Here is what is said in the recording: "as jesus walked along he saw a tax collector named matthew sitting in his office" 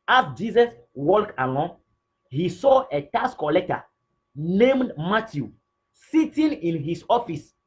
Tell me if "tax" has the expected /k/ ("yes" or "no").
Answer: no